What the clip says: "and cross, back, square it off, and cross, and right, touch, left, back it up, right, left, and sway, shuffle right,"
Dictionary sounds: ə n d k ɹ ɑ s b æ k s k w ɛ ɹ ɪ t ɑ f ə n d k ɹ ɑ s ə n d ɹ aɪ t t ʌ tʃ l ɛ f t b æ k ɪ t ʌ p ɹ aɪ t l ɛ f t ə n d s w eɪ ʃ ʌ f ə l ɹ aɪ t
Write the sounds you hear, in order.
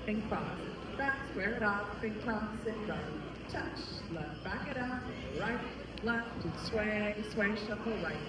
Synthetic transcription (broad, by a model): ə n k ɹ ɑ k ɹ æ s w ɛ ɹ ɪ t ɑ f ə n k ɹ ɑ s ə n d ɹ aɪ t t ʌ tʃ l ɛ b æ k ɪ t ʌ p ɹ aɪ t l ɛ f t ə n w s w eɪ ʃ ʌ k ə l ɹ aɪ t